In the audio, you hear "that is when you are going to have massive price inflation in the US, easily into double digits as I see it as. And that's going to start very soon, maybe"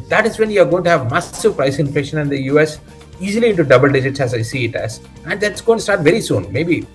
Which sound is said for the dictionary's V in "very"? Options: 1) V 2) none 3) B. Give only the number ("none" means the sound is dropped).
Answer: 1